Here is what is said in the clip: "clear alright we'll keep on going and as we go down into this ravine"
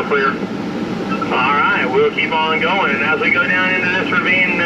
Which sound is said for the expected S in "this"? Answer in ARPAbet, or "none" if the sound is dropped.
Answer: none